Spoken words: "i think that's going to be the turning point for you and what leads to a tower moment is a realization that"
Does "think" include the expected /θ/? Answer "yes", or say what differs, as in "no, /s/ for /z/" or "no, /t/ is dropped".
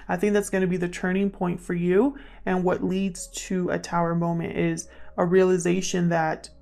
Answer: yes